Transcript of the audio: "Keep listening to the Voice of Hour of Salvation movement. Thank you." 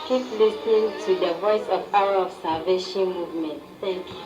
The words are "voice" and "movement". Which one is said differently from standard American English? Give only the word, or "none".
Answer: none